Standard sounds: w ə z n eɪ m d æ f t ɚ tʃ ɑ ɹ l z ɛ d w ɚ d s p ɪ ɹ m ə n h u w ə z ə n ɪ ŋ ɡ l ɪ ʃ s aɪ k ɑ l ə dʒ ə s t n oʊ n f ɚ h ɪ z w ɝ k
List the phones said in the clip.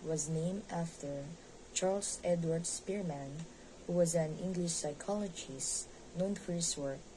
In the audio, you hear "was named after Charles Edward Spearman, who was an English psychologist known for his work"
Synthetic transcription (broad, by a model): w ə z n eɪ m d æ f t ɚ tʃ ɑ ɹ l s ɛ d w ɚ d s p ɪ ɹ m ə n h u w ə z ə n ɪ ŋ ɡ l ɪ ʃ s aɪ k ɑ l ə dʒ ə s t n oʊ n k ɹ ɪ s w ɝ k